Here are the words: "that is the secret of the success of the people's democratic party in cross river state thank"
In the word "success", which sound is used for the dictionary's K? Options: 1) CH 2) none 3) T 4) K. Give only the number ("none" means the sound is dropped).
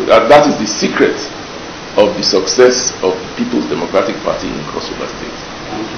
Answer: 4